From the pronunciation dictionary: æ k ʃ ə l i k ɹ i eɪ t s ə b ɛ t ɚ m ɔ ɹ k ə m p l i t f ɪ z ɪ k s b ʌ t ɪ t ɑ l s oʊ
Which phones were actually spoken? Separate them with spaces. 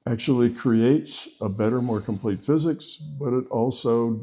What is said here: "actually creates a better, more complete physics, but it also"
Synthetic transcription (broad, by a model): æ k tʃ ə l i k ɹ i eɪ t s ə b ɛ t ɚ m ɔ ɹ k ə m p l i t f ɪ z ɪ k s b ʌ t ɪ t ɑ l s oʊ